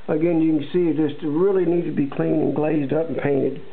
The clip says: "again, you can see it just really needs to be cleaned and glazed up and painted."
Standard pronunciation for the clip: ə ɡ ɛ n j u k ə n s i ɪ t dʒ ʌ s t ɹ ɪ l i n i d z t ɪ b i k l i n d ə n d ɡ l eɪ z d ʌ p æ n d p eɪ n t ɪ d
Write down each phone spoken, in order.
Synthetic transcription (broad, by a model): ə ɡ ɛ n j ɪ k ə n s i ɪ t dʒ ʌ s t ɹ ɪ l i n i d t ɪ b i k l i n ə n ɡ l eɪ z d ʌ p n p eɪ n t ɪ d